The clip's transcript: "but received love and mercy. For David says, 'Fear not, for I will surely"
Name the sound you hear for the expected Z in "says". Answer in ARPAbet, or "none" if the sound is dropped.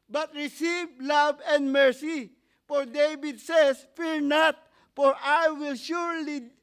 S